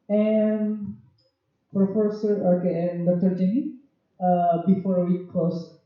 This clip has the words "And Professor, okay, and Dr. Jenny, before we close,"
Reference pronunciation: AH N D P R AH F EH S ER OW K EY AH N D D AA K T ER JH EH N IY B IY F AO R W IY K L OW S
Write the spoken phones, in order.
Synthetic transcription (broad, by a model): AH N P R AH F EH S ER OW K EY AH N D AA T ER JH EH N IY B IY F AO R W IY K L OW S